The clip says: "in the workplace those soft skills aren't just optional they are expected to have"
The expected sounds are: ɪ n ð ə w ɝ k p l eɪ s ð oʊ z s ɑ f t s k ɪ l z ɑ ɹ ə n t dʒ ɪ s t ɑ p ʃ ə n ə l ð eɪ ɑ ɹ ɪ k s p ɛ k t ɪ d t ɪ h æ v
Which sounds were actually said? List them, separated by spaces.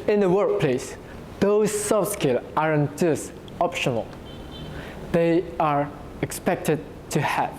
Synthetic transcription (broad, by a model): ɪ n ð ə w ɝ k p l eɪ s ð oʊ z s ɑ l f s k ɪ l ɑ ɹ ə n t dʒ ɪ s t ɑ p ʃ ə n ə l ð eɪ ɑ ɹ ɪ k s p ɛ k t ɪ d t ɪ h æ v